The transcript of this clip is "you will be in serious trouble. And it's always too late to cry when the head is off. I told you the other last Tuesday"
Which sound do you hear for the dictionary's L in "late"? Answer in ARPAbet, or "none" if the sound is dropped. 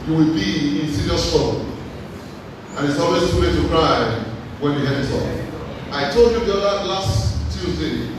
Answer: W